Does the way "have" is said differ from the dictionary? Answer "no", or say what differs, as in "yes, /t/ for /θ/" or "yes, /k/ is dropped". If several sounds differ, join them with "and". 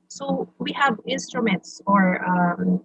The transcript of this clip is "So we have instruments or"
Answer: no